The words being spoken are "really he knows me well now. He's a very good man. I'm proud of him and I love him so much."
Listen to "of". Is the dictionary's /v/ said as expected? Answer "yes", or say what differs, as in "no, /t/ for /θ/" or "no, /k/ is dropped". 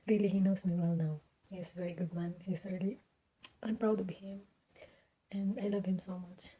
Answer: no, /b/ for /v/